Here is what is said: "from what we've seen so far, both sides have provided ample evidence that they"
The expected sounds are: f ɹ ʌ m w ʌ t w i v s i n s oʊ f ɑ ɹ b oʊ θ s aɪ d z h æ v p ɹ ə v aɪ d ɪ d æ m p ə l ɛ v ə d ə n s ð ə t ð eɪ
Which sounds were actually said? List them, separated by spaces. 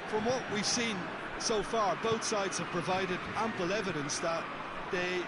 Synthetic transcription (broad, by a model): f ɹ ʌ m w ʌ t w i v s i n s oʊ f ɑ ɹ b oʊ θ s aɪ d z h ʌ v p ɹ ə v aɪ d ɪ d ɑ m p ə l ɛ v ə d ə n s ð ə t ð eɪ